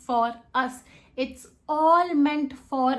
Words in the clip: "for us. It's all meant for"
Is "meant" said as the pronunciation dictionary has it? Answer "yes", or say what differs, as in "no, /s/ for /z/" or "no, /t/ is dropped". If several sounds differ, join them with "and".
yes